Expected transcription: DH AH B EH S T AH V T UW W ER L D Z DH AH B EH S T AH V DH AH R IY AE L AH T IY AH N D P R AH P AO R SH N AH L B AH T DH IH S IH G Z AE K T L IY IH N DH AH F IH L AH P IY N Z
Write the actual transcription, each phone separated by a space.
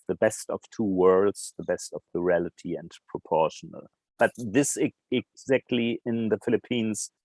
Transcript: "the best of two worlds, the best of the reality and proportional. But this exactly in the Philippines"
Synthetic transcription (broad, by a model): DH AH B EH S T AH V T UW W ER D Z DH AH B EH S T AH V DH AH R IY AE L AH T IY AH N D P R AH P AO R SH N AH L B AH T DH IH S IH G Z AE K T L IY IH N DH AH F IH L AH P IY N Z